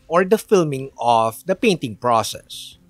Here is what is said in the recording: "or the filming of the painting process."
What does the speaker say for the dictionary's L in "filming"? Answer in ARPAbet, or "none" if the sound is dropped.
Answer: L